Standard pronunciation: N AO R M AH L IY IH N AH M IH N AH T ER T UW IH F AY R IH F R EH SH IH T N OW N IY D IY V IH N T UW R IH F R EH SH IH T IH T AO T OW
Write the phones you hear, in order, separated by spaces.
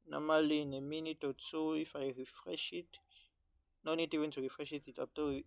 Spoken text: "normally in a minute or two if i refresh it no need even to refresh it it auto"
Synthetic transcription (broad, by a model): N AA M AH L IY N AH M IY N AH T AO S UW IH F AY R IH F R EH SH IH T N OW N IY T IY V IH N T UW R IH F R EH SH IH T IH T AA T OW